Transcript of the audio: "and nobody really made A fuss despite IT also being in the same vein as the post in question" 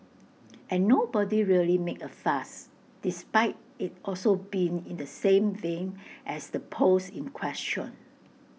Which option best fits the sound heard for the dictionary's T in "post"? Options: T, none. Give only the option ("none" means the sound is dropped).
none